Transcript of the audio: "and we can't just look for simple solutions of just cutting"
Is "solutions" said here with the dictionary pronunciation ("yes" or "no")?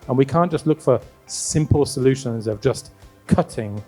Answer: yes